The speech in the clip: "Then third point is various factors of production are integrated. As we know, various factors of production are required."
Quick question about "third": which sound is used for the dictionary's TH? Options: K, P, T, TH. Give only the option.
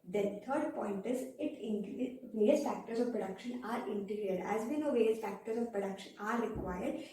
T